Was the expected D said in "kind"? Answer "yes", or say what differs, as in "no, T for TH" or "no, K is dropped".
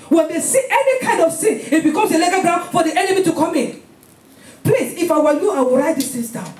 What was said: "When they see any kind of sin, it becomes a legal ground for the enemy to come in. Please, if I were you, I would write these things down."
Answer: yes